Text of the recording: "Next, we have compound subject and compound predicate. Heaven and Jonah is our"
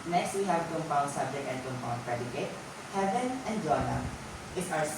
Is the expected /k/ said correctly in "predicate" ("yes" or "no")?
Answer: yes